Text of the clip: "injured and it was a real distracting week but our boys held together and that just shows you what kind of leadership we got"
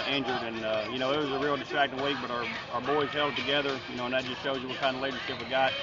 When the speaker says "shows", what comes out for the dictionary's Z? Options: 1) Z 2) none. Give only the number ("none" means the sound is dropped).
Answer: 1